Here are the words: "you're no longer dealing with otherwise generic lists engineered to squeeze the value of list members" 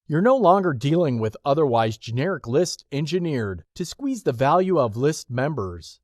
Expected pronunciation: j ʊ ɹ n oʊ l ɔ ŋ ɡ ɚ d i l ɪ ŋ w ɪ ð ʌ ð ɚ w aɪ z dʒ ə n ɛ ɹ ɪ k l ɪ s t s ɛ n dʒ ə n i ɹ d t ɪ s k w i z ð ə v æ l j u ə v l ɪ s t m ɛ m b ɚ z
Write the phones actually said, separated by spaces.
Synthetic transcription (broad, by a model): j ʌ ɹ n oʊ l ɔ ŋ ɡ ɚ d i l ɪ ŋ w ɪ ð ʌ ð ɚ w aɪ z dʒ ə n ɛ ɹ ɪ k l ɪ s t ɛ n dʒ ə n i ɹ d t ɪ s k w i z ð ə v æ l j u ə v l ɪ s t m ɛ m b ɚ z